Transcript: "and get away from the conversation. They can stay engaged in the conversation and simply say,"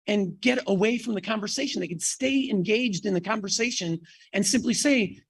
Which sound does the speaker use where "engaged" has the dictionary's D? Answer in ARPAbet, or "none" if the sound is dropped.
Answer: D